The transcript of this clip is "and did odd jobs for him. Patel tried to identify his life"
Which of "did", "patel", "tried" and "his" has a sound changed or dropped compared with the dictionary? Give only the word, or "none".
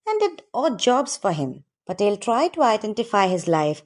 patel